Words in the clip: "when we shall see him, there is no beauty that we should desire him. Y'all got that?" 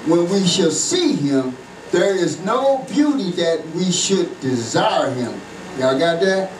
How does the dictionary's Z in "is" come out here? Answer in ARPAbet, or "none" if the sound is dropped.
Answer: Z